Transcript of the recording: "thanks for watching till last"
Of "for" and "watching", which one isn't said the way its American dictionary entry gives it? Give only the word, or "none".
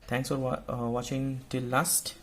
for